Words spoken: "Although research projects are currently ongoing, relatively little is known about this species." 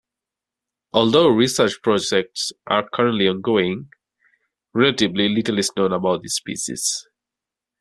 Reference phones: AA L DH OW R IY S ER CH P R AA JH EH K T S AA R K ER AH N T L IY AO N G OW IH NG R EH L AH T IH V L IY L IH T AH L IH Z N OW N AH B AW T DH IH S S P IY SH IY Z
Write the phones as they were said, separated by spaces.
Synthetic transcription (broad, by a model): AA L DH OW R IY S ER CH P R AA JH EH K T S AA R K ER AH N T L IY AO N G OW IH NG R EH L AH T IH B L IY L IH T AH L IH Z N OW N AH B AW T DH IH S S P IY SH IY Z